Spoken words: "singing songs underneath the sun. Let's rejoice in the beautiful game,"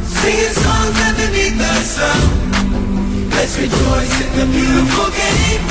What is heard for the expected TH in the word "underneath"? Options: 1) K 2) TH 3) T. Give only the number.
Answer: 3